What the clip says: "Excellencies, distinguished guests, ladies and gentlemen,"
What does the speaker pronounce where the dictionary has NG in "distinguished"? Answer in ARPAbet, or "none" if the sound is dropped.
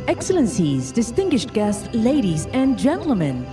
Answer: NG